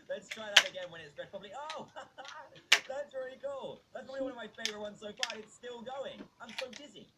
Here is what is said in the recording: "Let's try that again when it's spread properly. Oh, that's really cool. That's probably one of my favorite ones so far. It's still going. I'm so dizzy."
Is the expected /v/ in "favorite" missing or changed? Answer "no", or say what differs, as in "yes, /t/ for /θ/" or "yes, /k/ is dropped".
no